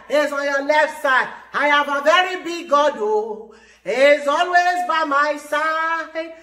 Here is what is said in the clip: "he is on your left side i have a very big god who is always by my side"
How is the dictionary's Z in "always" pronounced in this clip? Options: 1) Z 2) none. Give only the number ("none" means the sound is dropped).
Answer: 1